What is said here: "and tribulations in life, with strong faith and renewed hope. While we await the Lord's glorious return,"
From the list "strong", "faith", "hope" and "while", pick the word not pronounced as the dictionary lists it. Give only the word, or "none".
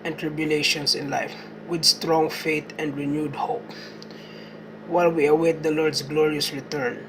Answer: faith